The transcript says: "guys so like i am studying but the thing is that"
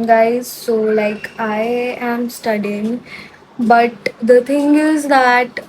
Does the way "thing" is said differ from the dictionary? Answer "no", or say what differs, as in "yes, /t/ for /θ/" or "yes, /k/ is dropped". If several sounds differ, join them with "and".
yes, /t/ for /θ/